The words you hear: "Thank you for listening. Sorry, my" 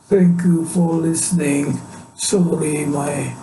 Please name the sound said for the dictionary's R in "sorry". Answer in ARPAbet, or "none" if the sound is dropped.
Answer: L